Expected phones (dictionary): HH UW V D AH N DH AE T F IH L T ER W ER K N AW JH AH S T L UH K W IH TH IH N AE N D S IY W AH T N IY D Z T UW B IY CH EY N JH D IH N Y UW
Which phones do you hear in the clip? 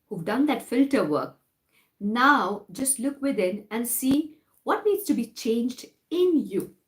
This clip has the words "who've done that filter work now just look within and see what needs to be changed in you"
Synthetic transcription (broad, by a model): HH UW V D AH N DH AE T F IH L T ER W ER K N AW JH AH S T L UH K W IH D IH N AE N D S IY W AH T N IY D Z T UW B IY CH EY N JH D IH N Y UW